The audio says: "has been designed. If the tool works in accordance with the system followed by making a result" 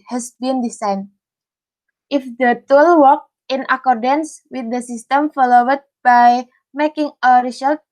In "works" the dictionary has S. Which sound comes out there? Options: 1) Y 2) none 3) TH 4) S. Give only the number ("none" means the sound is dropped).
2